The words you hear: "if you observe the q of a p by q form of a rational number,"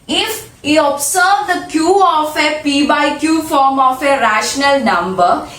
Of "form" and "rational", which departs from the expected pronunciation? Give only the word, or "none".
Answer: none